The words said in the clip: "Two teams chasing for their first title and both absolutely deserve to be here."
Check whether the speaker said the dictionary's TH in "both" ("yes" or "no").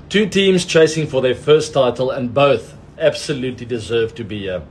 yes